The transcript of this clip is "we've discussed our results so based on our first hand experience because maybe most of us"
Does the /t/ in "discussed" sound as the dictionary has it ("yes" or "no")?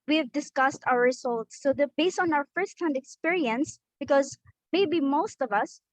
yes